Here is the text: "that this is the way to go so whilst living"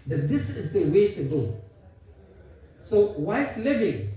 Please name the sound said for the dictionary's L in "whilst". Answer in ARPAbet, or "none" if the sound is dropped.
none